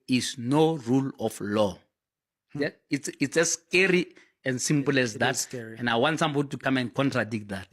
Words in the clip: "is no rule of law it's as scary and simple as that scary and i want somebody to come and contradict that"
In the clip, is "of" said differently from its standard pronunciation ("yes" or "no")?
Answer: yes